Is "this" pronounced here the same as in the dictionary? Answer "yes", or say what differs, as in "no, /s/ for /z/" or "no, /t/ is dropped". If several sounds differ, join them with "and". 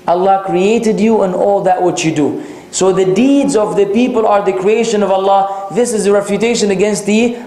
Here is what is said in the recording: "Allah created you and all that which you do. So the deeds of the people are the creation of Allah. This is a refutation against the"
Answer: yes